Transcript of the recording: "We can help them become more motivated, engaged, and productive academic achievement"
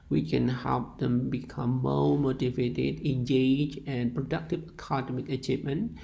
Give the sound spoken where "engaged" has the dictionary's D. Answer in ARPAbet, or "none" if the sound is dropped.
none